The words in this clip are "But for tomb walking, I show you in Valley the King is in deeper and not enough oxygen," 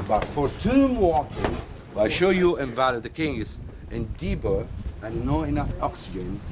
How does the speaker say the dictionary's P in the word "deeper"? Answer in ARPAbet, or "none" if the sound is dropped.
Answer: B